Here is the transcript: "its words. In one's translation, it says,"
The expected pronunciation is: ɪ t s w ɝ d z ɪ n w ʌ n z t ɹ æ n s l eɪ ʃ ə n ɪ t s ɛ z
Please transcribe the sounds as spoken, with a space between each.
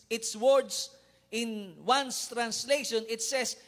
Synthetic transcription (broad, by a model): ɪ t s w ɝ d s ɪ n w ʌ n s t ɹ æ n s l eɪ ʃ ə n ɪ t s ɛ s